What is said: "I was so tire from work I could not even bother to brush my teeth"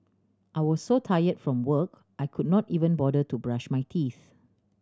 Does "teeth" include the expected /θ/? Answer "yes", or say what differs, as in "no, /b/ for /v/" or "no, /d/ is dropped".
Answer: yes